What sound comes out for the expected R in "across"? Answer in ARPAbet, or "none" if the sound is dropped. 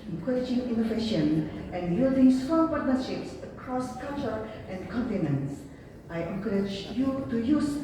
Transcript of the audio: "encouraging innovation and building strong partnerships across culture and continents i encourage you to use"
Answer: R